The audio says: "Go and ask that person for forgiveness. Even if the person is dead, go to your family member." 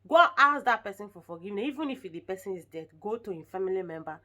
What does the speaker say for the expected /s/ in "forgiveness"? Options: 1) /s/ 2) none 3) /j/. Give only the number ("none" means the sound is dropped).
2